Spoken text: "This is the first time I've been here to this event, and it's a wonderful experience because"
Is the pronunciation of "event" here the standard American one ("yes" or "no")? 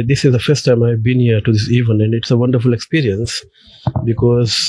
no